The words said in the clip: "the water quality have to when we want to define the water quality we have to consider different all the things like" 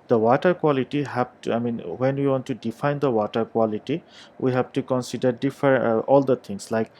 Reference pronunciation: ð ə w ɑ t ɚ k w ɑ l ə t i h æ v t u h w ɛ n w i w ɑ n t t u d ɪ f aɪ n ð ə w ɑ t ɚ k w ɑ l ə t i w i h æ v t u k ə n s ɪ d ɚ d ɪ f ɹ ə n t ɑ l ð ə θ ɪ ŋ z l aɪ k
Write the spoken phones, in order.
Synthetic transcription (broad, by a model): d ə w ɑ t ɚ k w ɑ l ə t i h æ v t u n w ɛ n w i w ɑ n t t u d ɪ f aɪ n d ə w ɑ t ɚ k w ɑ l ə t i w i h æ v t u k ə n s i d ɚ d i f ə t ɑ l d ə t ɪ ŋ s l aɪ k